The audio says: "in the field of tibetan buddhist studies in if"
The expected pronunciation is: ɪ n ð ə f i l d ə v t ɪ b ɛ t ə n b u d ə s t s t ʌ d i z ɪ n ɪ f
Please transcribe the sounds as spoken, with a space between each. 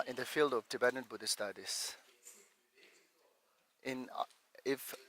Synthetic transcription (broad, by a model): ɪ n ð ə f i l d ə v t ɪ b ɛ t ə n b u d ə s s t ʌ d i s ɪ n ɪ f